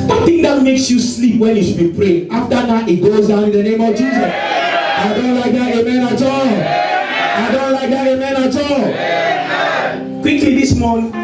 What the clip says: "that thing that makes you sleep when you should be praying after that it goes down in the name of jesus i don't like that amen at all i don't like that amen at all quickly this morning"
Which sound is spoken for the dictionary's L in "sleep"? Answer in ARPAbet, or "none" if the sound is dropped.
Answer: L